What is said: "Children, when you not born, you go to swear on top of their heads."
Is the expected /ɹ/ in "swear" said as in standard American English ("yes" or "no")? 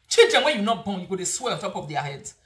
no